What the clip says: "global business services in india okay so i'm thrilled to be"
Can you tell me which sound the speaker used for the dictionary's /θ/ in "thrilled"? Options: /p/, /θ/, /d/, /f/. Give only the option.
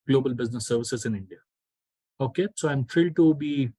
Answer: /f/